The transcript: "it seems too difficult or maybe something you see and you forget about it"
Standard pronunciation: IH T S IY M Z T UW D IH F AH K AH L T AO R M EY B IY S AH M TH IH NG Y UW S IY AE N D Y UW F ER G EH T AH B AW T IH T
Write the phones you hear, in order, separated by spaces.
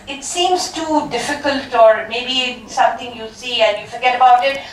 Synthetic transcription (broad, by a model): IH T S IY M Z T UW D IH F AH K AH L T AO R M EY B IY S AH M T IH NG Y UW S IY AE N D Y UW F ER G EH T AH B AW T IH T